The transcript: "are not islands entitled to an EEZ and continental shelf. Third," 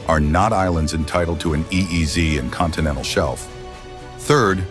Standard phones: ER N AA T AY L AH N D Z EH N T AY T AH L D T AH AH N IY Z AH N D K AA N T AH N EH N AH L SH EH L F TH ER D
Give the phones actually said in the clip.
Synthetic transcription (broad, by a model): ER N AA T AY L AH N D Z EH N T AY T L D T AH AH N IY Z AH N K AA N T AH N EH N L SH EH L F TH ER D